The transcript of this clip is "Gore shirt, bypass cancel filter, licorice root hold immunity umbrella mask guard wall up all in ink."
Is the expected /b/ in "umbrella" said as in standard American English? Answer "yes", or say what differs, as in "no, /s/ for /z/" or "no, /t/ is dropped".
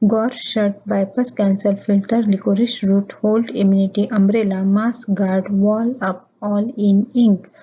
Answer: yes